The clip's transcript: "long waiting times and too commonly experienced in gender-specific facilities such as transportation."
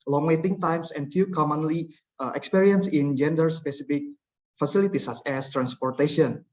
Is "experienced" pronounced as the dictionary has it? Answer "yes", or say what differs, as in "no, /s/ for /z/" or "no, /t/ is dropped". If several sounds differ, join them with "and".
no, /t/ is dropped